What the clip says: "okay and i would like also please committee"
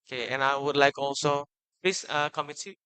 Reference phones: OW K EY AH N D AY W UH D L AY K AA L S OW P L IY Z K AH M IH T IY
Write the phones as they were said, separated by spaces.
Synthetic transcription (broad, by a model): K EY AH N AY W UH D L AY K AA L S OW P IY S K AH M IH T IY